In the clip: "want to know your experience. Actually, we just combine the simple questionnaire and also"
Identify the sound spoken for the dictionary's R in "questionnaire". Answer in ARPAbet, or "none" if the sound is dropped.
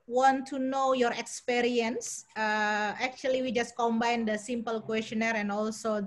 R